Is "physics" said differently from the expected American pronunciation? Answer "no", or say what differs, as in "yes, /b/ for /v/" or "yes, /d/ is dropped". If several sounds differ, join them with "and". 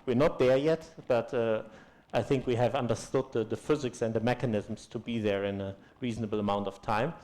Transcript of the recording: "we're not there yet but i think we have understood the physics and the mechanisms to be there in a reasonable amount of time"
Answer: no